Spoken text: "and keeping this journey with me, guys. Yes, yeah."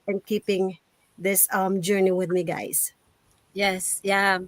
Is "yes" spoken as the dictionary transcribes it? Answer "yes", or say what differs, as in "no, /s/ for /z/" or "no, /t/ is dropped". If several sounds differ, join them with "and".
yes